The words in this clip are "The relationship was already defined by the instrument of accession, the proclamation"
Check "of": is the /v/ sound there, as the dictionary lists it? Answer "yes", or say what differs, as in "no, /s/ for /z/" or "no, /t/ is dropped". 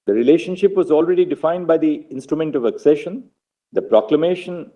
yes